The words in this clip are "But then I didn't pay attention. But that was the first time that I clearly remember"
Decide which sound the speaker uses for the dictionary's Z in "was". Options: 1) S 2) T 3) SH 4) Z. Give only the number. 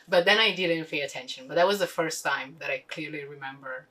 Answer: 4